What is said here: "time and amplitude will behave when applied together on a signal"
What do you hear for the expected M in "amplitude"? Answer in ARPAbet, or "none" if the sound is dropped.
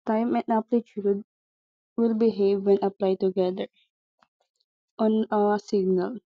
none